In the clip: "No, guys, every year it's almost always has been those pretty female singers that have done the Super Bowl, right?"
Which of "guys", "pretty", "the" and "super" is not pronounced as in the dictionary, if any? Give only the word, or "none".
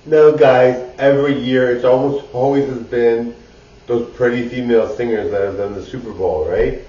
none